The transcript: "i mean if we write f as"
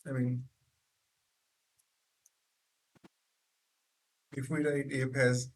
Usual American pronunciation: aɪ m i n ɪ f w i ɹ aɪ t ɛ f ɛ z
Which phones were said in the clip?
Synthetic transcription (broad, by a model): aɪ m i n ɪ f w i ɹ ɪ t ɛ p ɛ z